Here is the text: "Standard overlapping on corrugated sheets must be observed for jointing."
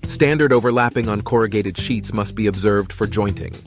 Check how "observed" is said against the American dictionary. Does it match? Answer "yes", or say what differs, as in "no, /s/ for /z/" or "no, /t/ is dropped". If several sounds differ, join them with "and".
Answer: yes